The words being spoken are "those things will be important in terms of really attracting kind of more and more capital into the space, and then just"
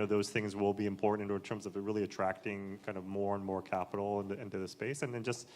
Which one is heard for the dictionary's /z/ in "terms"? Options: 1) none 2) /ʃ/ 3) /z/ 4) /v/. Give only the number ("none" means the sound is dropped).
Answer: 3